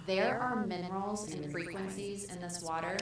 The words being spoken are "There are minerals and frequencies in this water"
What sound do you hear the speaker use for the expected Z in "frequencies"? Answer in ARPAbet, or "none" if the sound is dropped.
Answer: Z